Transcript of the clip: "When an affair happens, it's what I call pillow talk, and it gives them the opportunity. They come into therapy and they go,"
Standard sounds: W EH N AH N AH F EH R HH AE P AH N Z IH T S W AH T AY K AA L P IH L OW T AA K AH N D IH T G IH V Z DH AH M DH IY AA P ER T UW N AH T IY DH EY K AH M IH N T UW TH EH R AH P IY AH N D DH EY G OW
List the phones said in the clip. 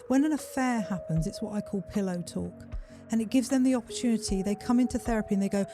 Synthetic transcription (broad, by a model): W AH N AH N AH F EH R HH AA P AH N Z IH T S W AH T AY K AA L P IH L OW T AA K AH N IH T G IH V Z DH AH M DH IY AA P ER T UW N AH T IY DH EY K AH M IH N T UW TH EH R AH P IY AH N DH EY G OW